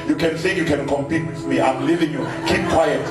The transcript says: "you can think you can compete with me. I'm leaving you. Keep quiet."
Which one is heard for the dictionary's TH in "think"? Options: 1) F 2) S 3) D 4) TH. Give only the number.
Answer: 2